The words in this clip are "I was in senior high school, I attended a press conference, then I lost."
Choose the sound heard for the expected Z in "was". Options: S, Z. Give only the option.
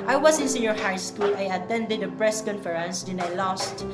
S